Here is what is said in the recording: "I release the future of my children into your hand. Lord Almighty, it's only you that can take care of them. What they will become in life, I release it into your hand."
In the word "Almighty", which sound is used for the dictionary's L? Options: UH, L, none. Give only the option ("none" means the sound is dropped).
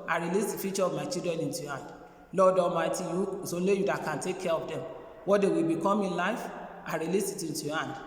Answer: none